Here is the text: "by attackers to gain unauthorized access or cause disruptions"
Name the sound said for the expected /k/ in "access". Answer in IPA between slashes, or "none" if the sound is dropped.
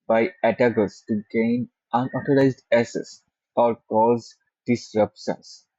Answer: none